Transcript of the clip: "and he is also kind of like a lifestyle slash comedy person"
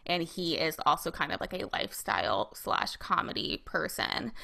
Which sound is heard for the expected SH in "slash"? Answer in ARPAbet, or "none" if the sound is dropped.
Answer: SH